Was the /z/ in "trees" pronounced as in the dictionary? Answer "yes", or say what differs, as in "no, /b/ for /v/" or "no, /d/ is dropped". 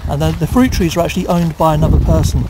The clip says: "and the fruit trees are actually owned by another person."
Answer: yes